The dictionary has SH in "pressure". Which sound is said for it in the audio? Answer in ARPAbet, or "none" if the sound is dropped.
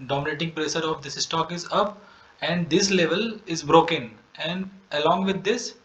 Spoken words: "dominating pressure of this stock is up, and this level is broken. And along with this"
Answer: S